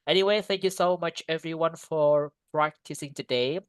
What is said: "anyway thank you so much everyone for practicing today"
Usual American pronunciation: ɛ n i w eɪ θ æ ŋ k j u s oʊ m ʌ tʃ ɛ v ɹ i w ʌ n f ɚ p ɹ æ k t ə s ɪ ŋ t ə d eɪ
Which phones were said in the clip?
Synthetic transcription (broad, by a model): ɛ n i w eɪ θ æ ŋ k j u s oʊ m ʌ tʃ ɛ v ɹ i w ʌ n f ɚ p ɹ æ k t ə s ɪ ŋ t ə d eɪ